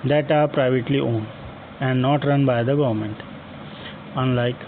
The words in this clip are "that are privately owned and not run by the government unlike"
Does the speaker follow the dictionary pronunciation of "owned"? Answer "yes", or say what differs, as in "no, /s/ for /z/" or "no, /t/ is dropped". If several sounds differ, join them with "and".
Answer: no, /d/ is dropped